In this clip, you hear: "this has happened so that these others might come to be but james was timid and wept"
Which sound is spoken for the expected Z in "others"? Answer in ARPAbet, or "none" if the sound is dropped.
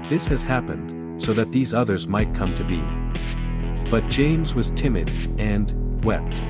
Z